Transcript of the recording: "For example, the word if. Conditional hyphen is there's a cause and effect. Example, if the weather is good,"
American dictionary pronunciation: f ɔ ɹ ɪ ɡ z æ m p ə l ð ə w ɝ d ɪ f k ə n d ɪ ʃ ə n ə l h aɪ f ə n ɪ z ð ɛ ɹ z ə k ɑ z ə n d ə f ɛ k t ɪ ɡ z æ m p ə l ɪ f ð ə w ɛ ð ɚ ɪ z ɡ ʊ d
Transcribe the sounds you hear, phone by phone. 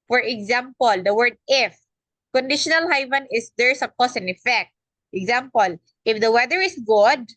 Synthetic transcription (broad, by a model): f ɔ ɹ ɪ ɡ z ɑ m p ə l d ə w ɝ d ɪ f k ə n d ɪ ʃ ə n ə l h aɪ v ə n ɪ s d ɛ ɹ s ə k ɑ s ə n ə f ɛ k t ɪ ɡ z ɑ m p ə l ɪ f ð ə w ɛ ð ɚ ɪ s ɡ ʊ d